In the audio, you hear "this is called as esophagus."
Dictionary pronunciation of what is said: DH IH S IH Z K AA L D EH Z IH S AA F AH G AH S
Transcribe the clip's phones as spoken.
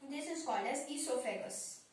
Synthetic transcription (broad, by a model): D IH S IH S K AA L EH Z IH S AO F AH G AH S